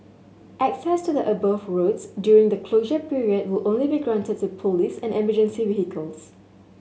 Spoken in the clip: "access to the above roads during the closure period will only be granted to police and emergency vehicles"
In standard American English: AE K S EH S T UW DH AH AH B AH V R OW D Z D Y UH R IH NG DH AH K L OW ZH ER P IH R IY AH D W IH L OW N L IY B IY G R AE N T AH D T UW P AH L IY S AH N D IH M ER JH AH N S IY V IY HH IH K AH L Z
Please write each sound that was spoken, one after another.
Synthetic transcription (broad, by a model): AE K S EH S T UW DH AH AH B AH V R OW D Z D Y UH R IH NG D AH K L OW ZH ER P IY R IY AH D W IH L OW N L IY B IY G R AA N T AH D T UW P AH L IY S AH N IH M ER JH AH N S IY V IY HH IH K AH L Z